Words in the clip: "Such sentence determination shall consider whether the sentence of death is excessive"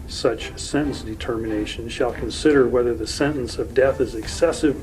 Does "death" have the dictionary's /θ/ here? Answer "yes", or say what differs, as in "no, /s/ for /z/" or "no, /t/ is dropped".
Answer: yes